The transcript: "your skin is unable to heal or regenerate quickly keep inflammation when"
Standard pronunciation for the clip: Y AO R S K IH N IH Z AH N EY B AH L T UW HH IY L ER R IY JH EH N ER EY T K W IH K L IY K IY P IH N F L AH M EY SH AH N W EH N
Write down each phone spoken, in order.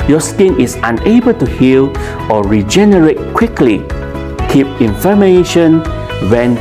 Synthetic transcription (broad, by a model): Y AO S K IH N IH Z AH N EY B AH L T UW HH IY L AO R IY JH EH N ER EY T K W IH K L IY K IY P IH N F AH M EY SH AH N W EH N